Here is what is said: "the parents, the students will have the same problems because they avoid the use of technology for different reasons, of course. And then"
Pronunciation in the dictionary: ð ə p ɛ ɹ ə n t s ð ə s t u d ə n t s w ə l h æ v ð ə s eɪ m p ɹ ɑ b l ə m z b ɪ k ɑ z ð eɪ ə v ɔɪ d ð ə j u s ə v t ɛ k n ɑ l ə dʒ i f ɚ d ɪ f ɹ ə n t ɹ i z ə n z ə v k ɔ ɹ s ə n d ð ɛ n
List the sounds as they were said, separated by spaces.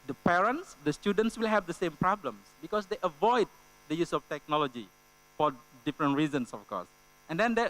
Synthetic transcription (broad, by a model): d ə p ɛ ɹ ə n t s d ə s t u d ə n t s w ə l h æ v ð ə s eɪ m p ɹ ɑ b l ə m s b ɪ k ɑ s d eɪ ə v ɔɪ d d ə j u s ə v t ɛ k n ɑ l ə dʒ i f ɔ d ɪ f ɹ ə n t ɹ i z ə n s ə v k ɔ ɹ s ə n d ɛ n